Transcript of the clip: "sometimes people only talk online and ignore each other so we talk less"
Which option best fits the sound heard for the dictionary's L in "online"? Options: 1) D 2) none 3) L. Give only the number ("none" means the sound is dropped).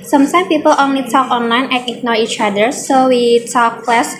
3